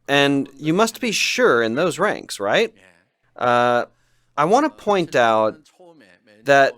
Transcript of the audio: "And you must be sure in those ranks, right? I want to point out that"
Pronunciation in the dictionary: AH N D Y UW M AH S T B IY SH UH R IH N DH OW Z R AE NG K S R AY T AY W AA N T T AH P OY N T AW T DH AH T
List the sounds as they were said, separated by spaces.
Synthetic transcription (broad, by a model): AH N Y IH M AH S T B IY SH UH R IH N DH OW Z R AE NG K S R AY T AY W AA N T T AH P OY N T AW T DH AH T